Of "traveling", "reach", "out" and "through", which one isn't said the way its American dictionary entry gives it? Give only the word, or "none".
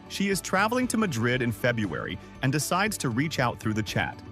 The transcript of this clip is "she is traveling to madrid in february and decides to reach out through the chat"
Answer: none